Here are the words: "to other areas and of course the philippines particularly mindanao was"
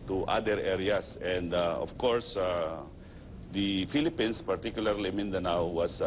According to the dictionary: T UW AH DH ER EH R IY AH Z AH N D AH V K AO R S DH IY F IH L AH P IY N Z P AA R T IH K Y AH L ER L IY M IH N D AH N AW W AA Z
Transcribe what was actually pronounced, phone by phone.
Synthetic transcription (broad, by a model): T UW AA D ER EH R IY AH S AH N D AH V K AO R S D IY F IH L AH P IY N S P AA R T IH K Y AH L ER L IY M IH N D AH N AW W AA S